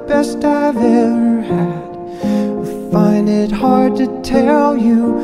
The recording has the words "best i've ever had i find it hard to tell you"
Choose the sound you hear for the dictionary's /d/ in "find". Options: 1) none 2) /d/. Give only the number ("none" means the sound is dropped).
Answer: 2